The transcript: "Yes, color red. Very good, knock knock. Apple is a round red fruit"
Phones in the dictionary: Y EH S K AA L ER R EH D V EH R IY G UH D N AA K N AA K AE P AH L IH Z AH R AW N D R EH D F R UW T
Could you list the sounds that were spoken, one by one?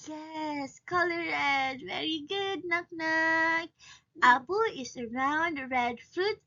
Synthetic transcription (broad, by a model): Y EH S K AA L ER R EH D V EH R IY G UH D N AA K N AA K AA B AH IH S AH R AW N D R EH D F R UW T